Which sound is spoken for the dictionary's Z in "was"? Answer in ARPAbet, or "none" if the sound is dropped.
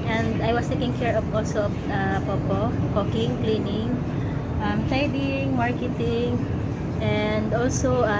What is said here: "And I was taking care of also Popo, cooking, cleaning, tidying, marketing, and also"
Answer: S